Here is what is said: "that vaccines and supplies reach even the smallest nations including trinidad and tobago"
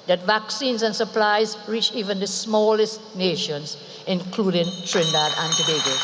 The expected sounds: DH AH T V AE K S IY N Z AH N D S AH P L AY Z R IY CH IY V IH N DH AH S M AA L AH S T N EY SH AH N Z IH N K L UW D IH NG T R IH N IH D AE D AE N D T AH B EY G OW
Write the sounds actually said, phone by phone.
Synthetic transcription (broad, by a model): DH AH T V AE K S IY N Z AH N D S AH P L AY Z R IY CH IY V IH N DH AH S M AA L AH S T N EY SH AH N Z IH N K L UW D IH NG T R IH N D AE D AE N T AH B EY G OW